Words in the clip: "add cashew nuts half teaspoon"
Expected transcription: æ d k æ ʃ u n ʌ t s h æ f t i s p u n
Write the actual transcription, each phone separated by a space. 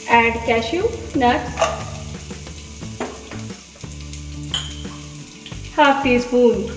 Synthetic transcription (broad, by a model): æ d k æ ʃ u n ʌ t h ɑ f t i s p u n